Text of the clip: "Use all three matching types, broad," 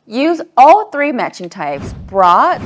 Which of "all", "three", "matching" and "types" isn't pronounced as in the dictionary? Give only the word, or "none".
none